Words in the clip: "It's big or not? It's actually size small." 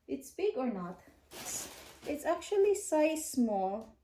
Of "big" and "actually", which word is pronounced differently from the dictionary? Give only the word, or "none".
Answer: none